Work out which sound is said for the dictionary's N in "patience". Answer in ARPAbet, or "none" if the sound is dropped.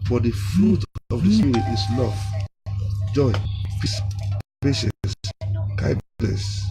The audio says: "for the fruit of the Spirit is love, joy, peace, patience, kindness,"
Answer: none